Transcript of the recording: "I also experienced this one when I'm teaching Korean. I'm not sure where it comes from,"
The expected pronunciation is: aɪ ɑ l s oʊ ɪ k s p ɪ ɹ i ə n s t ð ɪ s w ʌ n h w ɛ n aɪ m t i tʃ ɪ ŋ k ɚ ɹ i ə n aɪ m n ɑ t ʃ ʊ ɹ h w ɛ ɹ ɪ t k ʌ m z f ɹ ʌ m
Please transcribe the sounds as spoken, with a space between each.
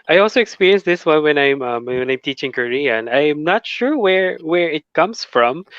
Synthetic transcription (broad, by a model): aɪ ɑ l s oʊ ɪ k s p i ɹ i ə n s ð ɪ s w ʌ n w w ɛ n aɪ m t i tʃ ɪ ŋ k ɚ ɹ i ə n aɪ m n ɑ t ʃ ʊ ɹ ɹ w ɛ ɹ ɪ t k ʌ m s f ɹ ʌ m